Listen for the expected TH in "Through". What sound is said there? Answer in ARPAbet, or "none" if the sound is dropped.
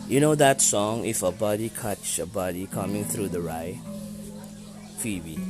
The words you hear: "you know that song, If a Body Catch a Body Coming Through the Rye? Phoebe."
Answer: TH